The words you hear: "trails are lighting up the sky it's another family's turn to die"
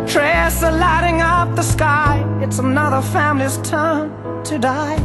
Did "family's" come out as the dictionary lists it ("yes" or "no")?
yes